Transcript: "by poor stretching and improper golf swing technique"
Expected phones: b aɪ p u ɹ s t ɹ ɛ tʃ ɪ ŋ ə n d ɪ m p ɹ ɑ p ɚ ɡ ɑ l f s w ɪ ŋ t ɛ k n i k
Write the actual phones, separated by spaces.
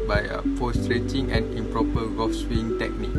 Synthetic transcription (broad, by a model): b aɪ f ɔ s t ɹ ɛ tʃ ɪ ŋ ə n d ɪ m p ɹ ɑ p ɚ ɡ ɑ f s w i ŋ t ɛ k n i k